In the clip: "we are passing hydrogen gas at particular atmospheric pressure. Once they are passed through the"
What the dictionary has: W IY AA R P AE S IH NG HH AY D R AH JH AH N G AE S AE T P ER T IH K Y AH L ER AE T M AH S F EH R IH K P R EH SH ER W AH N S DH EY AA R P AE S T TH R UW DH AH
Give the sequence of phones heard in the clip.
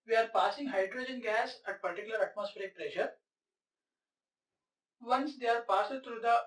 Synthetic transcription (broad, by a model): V IY AA R P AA S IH NG HH AY D R AH JH AH N G AE S AE T P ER T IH K Y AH L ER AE T M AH S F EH R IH K P R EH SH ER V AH N S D EY AA R P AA S T R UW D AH